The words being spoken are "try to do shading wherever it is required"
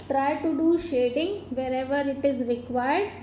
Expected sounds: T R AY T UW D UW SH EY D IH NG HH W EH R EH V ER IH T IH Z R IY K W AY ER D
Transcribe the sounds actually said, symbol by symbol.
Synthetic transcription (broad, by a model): T R AY T UW D UW SH EY D IH NG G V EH R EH V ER IH T IH Z R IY K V AY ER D